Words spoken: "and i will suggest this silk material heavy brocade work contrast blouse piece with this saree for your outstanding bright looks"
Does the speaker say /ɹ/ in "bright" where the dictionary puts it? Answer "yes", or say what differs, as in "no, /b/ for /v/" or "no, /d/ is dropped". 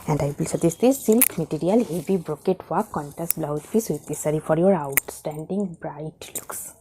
yes